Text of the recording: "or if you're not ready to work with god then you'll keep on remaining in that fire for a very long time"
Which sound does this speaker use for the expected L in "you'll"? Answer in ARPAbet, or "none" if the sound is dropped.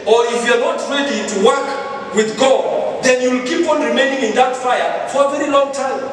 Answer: L